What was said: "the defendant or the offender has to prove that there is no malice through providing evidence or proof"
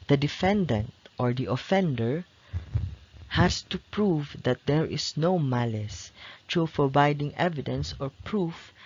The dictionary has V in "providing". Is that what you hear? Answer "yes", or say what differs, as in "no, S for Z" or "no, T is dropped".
no, B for V